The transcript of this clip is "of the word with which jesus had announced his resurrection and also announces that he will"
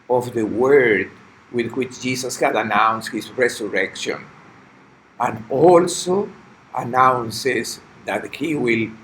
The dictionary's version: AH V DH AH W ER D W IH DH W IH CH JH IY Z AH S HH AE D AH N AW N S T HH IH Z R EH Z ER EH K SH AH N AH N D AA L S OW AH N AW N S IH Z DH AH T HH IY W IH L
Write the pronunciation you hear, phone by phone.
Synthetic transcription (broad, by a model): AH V DH AH W ER D W IH DH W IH CH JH IY S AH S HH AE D AH N AW N S T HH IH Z R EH S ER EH K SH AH N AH N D AA L S OW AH N AW N S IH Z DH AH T HH IY W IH L